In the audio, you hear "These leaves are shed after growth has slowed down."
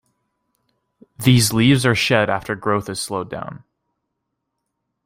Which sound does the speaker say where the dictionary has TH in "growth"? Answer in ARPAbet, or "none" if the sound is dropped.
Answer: TH